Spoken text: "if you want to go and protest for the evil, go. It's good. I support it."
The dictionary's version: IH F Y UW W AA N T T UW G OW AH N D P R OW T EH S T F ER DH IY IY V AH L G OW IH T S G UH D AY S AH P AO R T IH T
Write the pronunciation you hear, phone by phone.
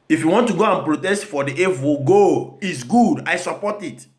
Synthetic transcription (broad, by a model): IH F Y UW W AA N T T UW G OW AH N P R OW T EH S T F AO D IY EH W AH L G OW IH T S G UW D AY S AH P AO T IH T